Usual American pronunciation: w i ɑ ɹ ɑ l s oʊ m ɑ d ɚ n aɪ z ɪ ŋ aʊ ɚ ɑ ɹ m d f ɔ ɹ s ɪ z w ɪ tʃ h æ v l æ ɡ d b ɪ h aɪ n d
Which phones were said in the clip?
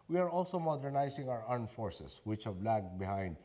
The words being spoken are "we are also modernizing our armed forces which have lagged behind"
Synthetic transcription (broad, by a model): w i ɑ ɹ ɑ l s oʊ m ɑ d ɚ n aɪ s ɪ ŋ aʊ ɚ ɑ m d f ɔ ɹ s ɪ s w ɪ tʃ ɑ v l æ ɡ b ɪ h aɪ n d